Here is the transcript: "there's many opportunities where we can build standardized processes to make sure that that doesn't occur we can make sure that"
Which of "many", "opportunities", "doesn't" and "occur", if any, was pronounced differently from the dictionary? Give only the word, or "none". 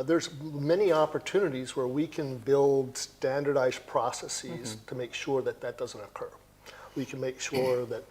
none